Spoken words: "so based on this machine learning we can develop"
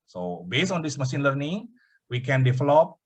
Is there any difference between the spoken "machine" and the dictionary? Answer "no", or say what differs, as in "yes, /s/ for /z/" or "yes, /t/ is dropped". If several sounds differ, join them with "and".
yes, /s/ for /ʃ/